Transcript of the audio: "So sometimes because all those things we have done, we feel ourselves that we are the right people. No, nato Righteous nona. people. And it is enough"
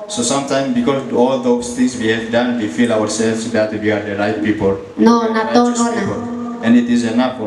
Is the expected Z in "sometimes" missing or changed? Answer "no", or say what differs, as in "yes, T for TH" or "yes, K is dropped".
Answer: yes, Z is dropped